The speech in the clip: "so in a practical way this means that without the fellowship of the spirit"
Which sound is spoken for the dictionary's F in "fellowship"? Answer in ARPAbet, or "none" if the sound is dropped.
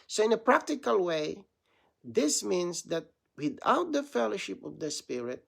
F